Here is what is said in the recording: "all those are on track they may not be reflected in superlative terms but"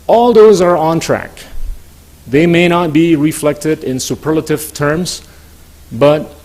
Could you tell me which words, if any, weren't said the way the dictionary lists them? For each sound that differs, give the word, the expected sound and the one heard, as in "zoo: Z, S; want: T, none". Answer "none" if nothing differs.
none